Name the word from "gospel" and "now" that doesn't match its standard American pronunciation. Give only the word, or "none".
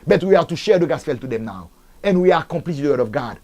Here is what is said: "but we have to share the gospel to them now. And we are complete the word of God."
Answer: gospel